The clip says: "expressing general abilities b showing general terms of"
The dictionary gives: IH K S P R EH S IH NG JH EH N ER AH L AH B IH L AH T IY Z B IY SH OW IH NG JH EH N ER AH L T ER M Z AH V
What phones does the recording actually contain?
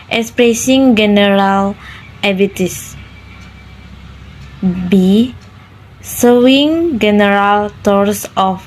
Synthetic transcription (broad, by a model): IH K S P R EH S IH NG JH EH N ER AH L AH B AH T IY S B IY S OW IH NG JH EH N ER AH L T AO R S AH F